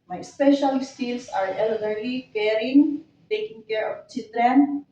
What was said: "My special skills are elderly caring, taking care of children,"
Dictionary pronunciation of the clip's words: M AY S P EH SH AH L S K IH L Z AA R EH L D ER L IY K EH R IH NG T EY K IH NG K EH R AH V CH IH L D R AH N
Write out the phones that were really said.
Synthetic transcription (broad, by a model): M AY S P EH SH AH L S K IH L S AA R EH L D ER L IY K EH R IH NG T EY K IH NG K EH R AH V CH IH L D R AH N